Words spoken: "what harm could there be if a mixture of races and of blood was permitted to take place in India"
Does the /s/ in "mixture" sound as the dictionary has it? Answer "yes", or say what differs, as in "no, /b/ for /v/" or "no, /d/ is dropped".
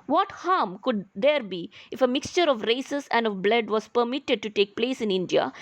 yes